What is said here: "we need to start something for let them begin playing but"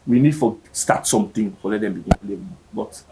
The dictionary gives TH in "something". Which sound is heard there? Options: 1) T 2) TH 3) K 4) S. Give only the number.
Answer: 1